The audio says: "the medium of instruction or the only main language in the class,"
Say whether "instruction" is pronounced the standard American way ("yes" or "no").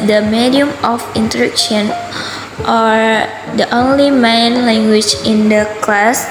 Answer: no